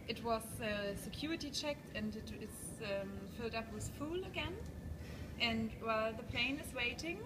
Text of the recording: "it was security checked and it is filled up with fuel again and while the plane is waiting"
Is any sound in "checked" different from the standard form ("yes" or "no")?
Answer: no